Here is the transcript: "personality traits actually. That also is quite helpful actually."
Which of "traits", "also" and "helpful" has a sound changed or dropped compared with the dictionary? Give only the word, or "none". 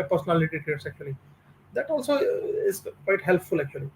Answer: traits